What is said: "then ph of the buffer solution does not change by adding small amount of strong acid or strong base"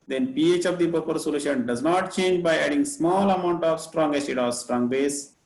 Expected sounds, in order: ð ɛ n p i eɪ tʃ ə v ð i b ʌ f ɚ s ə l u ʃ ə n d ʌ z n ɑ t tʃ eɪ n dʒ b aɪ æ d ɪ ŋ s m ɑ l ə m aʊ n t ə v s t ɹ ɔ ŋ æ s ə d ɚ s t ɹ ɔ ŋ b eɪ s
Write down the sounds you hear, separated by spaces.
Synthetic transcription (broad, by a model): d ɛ n p i eɪ tʃ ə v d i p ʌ p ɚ s ə l u ʃ ə n d ʌ z n ɑ t tʃ eɪ n dʒ b aɪ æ d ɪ ŋ s m ɑ l ə m aʊ n t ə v s t ɹ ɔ ŋ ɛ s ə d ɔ s t ɹ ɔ ŋ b eɪ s